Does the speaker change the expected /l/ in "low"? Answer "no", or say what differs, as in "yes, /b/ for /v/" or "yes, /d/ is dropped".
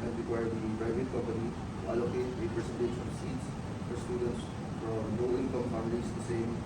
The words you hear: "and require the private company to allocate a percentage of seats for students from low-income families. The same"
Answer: yes, /n/ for /l/